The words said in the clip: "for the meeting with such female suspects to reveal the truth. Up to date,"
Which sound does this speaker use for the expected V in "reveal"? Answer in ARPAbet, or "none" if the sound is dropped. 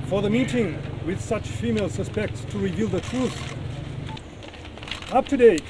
V